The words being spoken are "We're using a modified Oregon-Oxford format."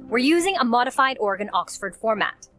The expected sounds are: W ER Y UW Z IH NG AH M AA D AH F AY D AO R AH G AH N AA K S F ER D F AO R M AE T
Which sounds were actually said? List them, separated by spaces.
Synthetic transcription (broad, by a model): W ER Y UW Z IH NG AH M AA D AH F AY D AO R G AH N AA K S F ER D F AO R M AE T